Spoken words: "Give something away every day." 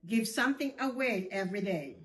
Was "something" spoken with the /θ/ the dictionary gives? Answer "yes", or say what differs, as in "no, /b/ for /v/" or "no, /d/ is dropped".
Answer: yes